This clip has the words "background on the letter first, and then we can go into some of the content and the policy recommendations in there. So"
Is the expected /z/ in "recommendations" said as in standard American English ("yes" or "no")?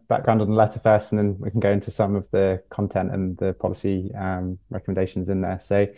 yes